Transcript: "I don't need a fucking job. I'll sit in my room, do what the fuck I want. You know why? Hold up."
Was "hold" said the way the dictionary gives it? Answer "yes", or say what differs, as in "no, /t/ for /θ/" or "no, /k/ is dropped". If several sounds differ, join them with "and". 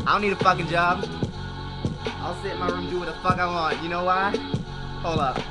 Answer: no, /d/ is dropped